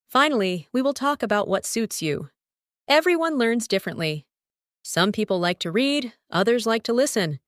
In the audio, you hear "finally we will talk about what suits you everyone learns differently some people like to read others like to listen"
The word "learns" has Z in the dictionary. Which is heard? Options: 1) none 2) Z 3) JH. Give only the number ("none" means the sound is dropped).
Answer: 2